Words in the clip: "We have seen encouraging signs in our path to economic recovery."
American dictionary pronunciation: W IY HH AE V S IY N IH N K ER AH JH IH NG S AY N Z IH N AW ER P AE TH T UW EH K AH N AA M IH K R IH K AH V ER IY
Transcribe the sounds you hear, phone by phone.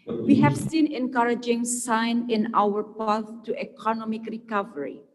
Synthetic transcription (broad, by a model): W IY HH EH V S IY N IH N K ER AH JH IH NG S AY N IH N AW ER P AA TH T UW EH K AH N AA M IH K R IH K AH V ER IY